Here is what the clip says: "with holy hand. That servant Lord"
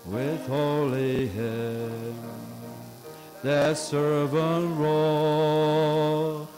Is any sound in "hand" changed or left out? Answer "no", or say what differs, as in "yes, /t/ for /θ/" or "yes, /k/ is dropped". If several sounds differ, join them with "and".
yes, /n/ is dropped